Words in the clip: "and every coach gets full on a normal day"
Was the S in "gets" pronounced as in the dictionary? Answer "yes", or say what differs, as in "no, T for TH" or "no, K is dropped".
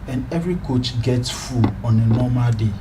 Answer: yes